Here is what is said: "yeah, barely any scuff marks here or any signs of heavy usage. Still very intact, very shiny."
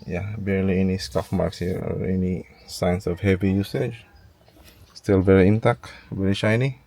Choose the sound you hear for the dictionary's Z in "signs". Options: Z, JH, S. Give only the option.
S